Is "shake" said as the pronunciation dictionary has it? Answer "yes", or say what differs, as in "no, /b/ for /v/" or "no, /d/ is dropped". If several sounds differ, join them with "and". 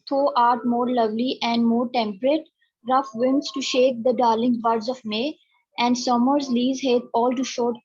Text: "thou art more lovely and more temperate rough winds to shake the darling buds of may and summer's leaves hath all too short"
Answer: yes